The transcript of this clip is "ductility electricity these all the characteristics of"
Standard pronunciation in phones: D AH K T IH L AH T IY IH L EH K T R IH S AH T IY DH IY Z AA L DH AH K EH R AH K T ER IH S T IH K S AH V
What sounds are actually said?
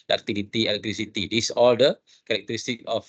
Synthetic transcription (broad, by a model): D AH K T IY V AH T IY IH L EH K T R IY S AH T IY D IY S AA L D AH K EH R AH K T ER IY S T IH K AH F